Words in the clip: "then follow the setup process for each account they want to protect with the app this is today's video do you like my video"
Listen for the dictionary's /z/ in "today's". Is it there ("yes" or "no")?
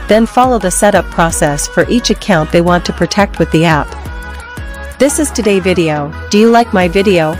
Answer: no